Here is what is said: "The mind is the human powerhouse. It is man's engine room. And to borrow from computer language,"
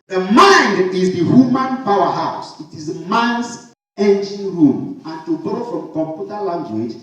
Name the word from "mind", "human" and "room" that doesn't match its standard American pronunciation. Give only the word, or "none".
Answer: none